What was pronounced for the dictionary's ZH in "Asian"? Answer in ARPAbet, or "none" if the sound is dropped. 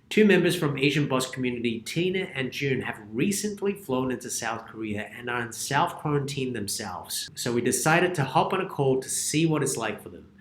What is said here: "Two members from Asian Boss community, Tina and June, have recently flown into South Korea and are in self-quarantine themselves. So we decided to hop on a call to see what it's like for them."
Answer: ZH